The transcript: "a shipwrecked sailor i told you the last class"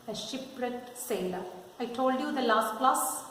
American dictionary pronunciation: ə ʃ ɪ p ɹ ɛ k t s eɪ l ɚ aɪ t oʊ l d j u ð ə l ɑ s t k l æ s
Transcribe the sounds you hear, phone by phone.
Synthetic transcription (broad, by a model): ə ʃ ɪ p ɹ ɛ t s eɪ l ɚ aɪ t oʊ l d j u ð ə l ɑ s t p l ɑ s